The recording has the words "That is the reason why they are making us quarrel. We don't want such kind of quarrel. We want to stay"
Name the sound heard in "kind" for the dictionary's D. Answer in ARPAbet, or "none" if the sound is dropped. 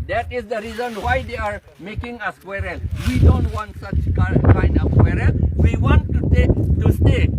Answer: none